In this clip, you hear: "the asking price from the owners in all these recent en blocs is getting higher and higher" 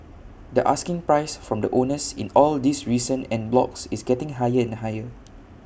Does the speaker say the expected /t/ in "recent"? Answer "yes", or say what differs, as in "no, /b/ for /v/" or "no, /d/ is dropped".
no, /t/ is dropped